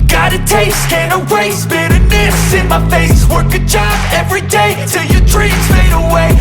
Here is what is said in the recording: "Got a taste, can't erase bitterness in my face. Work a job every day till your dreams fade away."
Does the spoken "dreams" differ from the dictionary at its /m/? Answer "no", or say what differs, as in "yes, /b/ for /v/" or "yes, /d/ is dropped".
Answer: yes, /m/ is dropped